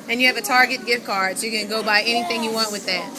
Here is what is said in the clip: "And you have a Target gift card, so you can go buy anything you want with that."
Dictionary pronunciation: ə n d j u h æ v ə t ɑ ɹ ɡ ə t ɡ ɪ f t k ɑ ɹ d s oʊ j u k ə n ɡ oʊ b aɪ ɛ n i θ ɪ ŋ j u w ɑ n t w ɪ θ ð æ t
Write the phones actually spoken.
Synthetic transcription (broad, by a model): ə n j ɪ v ə t ɑ ɹ ɡ ə t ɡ ɪ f k ɑ ɹ d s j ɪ k ə n ɡ oʊ b aɪ ɛ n i θ ɪ ŋ j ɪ w ɑ n t w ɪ ð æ t